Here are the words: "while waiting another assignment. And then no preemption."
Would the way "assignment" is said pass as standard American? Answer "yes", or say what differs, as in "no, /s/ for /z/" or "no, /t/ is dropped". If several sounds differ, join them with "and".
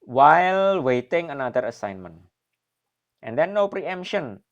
yes